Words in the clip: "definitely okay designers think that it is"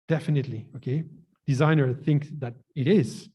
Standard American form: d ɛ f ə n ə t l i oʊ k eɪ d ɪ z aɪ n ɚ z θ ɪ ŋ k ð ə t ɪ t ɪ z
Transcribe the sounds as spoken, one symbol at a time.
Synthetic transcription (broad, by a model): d ɛ f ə n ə t l i oʊ k eɪ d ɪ z aɪ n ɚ θ ɪ ŋ k ð ə t ɪ t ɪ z